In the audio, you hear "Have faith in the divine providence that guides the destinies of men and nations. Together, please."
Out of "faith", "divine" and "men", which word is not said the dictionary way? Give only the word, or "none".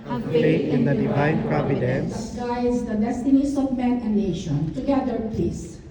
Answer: faith